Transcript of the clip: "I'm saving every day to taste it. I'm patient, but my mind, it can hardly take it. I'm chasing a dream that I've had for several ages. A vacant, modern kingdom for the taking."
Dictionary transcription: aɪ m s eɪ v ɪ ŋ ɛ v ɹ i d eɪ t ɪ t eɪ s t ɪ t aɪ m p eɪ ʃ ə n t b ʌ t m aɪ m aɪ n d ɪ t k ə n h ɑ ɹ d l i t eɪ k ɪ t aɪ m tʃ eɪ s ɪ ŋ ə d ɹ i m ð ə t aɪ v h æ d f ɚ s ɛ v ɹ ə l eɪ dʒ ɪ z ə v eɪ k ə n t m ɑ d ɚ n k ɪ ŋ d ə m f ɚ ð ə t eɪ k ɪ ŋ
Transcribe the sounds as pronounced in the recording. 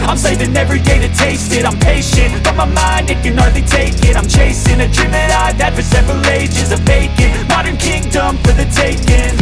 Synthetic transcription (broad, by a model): aɪ m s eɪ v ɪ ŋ ɛ v ɹ i d eɪ t ɪ t eɪ s t ɪ t aɪ m p eɪ ʃ ə n t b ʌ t m aɪ m aɪ n d ɪ t k ə n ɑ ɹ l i t eɪ k ɪ t aɪ m tʃ eɪ s ɪ ŋ ə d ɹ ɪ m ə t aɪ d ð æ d f ɚ s ɛ v ɹ ə l eɪ dʒ ɪ z ə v eɪ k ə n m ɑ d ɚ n k ɪ ŋ d ə m f ɚ ð ə t eɪ k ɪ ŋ